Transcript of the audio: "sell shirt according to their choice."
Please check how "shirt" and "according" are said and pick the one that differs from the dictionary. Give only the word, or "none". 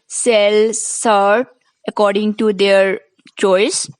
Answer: shirt